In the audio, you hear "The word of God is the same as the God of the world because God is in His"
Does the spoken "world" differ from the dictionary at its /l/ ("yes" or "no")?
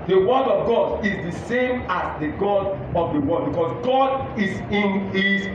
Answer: yes